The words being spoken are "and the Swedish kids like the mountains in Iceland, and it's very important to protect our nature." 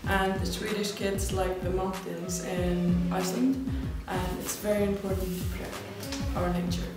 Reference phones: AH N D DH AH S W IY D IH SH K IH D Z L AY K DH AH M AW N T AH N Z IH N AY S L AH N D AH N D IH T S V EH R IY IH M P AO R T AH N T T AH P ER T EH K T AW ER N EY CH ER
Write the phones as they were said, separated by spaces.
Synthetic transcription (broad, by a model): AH N DH AH S W IY D IH SH K IH D Z L AY K DH AH M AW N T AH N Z IH N AY S L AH N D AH N IH T S V EH R IY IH M P AO R T N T T AH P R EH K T AW ER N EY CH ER